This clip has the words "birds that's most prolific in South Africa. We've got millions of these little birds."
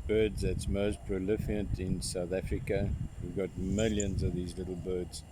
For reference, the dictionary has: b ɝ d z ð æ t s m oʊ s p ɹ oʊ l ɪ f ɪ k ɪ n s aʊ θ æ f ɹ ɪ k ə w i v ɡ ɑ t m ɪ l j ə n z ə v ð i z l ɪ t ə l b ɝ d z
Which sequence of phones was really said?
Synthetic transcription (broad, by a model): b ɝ d z ð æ t s m oʊ s p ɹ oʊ l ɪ f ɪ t ɪ n s aʊ θ æ f ɹ ɪ k ə w i v ɡ ɑ t m ɪ l j ə n z ə v ð i z l ɪ t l b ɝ d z